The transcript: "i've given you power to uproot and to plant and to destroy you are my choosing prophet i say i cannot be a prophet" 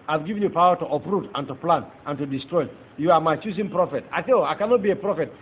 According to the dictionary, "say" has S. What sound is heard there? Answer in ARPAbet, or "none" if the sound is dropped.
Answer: TH